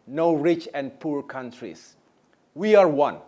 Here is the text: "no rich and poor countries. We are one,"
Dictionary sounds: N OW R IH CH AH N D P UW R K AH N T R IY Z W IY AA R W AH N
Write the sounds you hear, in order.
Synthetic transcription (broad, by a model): N OW R IH CH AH N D P UW R K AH N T R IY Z W IY AA R W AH N